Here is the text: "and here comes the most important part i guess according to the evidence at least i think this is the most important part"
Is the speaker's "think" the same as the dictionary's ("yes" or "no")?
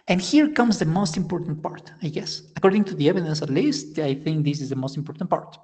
yes